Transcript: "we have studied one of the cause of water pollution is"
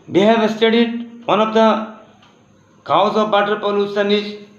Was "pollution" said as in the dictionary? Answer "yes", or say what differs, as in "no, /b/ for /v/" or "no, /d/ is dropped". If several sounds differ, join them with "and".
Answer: no, /s/ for /ʃ/